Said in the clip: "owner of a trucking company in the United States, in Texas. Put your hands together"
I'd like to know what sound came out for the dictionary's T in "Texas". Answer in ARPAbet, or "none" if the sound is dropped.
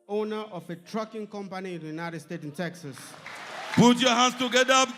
T